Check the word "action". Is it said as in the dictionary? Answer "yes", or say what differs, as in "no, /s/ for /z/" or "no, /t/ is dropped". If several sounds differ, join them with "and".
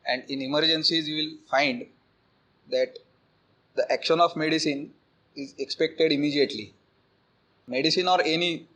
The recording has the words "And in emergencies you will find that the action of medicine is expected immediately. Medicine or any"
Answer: yes